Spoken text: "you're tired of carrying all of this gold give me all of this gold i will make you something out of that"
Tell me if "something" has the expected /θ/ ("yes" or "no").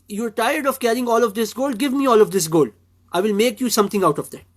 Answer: no